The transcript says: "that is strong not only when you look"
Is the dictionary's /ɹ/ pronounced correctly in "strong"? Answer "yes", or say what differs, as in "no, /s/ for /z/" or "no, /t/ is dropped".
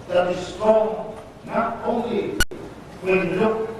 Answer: no, /ɹ/ is dropped